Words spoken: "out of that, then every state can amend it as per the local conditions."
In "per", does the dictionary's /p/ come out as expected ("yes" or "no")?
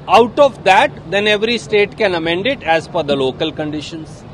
no